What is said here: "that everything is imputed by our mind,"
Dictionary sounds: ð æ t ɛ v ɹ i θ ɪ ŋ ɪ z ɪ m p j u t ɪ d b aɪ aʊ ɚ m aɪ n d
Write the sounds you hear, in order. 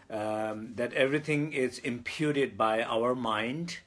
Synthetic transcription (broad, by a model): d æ t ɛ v ɹ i t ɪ ŋ ɪ z ɪ m p j u t ɪ d b aɪ aʊ ɚ m aɪ n d